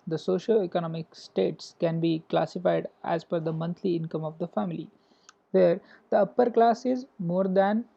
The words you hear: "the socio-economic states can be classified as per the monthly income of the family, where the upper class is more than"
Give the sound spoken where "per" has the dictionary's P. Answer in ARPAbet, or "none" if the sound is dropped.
F